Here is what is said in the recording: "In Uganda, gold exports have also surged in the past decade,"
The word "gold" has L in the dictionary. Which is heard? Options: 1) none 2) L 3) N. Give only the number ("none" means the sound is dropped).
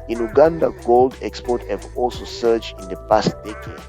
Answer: 2